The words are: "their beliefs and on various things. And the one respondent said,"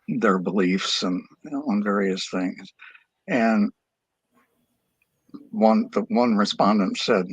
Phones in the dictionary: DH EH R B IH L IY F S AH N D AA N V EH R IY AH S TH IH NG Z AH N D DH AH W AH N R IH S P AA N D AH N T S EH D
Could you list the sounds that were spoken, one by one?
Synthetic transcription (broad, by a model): DH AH R B IH L IY F S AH N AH N V EH R IY AH S TH IH NG Z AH N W DH AH W AH N R IH S P AA N D AH N T S EH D